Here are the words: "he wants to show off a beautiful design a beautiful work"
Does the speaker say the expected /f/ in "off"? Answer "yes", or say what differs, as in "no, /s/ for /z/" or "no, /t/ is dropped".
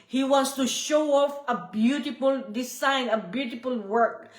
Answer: yes